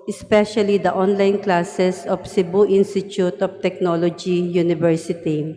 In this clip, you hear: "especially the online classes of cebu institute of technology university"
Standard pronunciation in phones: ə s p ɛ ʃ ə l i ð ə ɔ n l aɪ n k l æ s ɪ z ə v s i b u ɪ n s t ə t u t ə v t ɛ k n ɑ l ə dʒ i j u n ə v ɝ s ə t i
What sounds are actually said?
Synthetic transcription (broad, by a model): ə s p ɛ ʃ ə l i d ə ɔ n l aɪ n k l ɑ s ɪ s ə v s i b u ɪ n s t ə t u t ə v t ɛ k n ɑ l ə dʒ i j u n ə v ɝ s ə t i